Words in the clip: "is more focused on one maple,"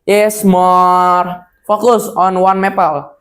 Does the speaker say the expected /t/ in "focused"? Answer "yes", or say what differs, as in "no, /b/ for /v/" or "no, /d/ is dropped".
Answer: no, /t/ is dropped